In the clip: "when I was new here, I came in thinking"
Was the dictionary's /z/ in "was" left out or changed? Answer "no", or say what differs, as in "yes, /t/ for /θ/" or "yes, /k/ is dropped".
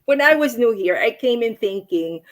no